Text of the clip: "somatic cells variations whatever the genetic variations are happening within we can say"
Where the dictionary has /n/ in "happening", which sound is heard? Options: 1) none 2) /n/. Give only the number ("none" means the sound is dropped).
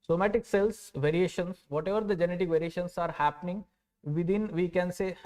2